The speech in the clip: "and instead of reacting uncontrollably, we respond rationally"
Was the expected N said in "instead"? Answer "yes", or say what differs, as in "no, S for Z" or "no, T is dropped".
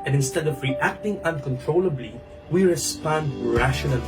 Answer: yes